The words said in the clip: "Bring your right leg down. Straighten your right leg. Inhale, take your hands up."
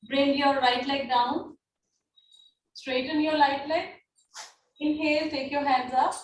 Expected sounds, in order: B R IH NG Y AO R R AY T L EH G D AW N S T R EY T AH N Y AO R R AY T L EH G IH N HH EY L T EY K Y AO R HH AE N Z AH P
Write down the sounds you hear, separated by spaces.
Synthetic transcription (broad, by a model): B R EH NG Y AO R R AY T L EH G D AW N S T R EY T AH N Y AO R L AY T L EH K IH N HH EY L T EY K Y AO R HH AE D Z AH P